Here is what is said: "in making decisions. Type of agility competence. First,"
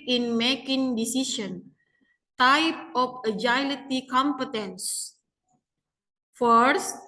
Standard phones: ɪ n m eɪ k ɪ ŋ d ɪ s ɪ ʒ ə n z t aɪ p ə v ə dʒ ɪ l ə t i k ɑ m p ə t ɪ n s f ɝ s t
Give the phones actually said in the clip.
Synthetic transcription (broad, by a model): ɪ n m eɪ k ɪ ŋ d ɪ s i s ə n t aɪ p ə f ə dʒ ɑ l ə t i k ɑ m p ə t ɪ n s f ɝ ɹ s